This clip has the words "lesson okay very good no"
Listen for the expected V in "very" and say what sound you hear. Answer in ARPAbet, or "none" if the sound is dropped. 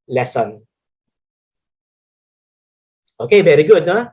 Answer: B